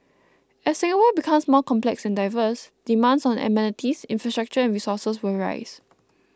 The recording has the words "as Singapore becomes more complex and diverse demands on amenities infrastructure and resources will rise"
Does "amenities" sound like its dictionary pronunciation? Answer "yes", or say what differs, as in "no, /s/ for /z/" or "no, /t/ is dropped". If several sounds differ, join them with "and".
no, /s/ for /z/